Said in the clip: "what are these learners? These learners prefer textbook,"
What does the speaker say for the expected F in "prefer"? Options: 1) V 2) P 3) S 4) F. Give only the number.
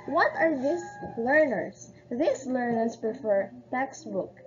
4